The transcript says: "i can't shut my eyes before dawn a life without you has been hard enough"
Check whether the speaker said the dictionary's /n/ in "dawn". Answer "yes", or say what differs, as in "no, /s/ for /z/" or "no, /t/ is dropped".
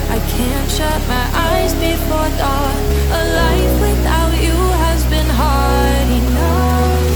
no, /n/ is dropped